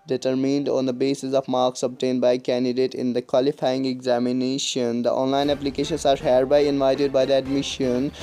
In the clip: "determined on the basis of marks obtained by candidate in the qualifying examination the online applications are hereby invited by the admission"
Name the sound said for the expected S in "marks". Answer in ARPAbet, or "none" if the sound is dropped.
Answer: S